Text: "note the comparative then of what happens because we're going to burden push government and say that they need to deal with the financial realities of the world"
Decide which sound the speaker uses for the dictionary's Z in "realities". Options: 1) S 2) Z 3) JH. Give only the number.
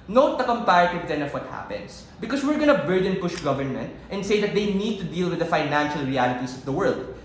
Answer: 1